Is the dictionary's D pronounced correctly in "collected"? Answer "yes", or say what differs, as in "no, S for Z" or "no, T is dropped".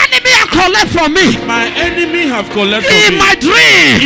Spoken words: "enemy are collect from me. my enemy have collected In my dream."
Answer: no, D is dropped